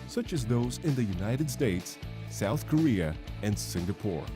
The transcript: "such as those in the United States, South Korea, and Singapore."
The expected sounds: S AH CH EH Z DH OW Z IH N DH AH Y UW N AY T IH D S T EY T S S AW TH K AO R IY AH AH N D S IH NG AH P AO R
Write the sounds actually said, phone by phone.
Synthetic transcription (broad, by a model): S AH CH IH Z DH OW Z IH N DH AH Y UW N AY T IH D S T EY T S S AW TH K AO R IY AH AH N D S IH NG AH P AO R